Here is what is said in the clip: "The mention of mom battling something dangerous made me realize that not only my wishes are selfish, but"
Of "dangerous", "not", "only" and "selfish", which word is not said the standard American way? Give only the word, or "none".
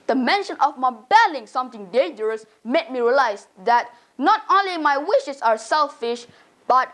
none